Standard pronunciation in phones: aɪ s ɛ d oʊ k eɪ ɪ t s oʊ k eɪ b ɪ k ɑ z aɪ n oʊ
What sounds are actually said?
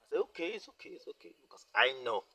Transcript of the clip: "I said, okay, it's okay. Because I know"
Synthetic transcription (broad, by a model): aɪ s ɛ oʊ k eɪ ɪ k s oʊ k eɪ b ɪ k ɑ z aɪ n oʊ